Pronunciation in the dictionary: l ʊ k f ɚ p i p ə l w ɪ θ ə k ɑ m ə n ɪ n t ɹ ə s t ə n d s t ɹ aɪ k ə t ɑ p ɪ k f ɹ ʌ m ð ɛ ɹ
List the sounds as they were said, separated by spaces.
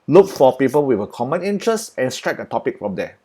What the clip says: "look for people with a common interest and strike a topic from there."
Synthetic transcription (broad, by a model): l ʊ k f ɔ p i p ə l w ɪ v ə k ɑ m ə n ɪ n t ɹ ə s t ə n s t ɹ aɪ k ə t ɑ p ɪ k f ɹ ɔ m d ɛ